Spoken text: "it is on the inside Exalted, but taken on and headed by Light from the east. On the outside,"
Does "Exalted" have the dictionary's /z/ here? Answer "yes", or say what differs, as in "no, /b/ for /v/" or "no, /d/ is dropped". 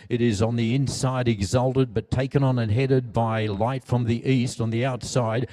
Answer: yes